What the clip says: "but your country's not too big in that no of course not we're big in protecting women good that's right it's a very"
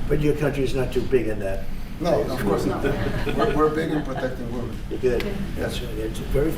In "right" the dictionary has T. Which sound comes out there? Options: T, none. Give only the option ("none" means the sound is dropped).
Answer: none